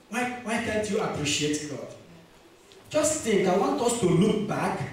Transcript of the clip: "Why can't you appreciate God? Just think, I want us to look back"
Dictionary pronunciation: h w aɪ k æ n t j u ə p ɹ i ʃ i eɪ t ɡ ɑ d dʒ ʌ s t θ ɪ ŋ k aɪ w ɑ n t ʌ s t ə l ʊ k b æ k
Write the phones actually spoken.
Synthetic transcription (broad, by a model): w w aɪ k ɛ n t j u ə p ɹ i ʃ i eɪ t ɡ ɑ d dʒ ʌ s t t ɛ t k aɪ w ɑ n t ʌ s t ə l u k b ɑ k